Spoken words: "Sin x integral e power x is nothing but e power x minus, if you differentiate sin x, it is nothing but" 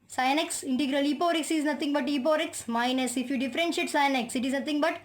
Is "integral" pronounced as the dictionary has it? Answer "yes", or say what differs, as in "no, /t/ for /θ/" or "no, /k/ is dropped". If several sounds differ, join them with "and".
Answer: yes